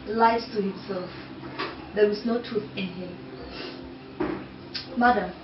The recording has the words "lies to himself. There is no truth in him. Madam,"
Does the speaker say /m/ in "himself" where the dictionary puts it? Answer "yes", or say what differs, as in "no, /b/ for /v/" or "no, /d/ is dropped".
yes